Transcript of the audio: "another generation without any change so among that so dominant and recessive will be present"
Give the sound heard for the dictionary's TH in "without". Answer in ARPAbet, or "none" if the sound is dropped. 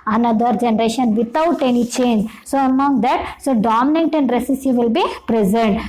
T